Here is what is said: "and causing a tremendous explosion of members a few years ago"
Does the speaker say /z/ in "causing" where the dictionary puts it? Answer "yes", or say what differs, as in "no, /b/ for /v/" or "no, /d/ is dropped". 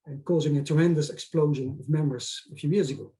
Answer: yes